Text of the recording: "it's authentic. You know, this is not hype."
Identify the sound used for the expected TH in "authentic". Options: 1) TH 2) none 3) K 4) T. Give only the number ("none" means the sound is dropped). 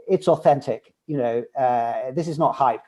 1